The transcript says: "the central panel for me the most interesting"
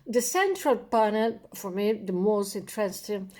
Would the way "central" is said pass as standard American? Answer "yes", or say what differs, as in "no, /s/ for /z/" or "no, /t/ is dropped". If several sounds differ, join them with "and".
yes